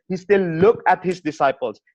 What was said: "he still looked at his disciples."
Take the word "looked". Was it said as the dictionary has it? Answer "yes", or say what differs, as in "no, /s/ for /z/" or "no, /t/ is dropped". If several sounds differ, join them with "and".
no, /t/ is dropped